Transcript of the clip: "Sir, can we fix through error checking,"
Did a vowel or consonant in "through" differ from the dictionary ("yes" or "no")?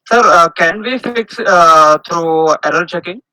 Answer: yes